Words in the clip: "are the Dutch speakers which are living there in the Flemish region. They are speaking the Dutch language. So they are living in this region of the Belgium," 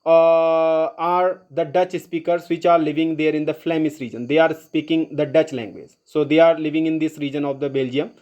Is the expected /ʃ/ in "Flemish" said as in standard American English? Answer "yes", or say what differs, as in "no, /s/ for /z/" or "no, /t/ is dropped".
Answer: no, /s/ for /ʃ/